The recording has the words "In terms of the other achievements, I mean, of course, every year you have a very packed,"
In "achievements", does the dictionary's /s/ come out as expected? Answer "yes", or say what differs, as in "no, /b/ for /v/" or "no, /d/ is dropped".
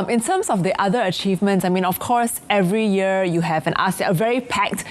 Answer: yes